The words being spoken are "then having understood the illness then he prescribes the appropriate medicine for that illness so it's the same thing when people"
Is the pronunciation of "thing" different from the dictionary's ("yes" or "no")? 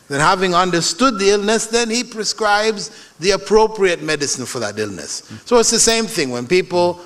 no